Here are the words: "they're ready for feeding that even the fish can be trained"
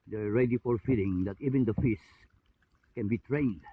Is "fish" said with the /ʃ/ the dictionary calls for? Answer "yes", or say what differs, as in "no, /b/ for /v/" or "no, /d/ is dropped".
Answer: no, /s/ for /ʃ/